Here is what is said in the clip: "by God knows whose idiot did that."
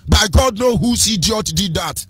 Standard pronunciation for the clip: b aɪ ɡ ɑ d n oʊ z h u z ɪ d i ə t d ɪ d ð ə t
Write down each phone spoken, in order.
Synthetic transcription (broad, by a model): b aɪ ɡ ɑ d n oʊ h u s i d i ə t d ɪ d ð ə t